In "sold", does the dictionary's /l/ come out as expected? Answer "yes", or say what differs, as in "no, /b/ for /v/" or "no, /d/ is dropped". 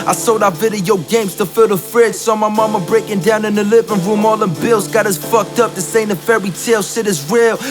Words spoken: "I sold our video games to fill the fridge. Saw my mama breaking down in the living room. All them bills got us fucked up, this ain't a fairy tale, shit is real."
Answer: no, /l/ is dropped